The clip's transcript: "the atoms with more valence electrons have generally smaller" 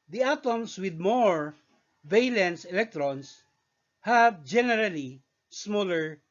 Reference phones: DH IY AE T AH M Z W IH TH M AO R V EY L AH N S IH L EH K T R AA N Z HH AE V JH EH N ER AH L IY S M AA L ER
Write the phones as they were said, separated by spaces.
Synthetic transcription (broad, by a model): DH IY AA T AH M S W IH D M AO R V EY L AH N S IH L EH K T R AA N S HH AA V JH EH N ER AH L IY S M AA L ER